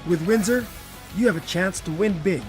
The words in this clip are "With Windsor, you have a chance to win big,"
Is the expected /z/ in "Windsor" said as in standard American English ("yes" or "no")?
yes